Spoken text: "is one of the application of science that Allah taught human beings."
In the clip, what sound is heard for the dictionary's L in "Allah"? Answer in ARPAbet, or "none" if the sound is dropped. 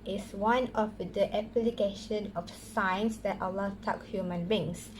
L